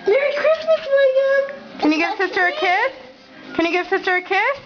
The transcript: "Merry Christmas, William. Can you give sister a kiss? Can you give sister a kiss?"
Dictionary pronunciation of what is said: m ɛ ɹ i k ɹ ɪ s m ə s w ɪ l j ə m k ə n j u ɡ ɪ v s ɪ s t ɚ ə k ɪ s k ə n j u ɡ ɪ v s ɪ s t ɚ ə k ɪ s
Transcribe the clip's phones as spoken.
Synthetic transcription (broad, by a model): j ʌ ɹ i k ɹ ɪ s m ə s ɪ j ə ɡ k ə n j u ɡ ɪ v s ɪ s t ɚ ə k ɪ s k ə n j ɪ ɡ ɪ v s ɪ s t ɚ ə k ɪ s